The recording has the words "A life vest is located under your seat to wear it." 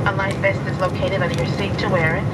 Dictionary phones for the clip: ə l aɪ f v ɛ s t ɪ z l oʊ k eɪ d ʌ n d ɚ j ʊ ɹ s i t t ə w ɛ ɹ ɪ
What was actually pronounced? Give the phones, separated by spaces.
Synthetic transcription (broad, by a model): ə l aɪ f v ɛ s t ɪ z l oʊ k eɪ d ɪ d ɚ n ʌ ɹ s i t t ə w ɛ ɹ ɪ